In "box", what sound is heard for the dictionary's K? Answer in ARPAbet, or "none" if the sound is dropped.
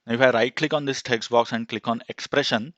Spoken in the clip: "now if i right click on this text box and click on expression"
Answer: K